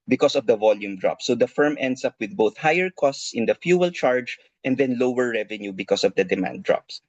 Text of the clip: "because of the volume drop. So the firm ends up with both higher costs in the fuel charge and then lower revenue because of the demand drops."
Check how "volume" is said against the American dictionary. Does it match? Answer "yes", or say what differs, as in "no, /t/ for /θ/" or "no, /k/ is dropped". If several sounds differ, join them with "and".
yes